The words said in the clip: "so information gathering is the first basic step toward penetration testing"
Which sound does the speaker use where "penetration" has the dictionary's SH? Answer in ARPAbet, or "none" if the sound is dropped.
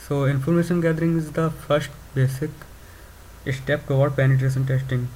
S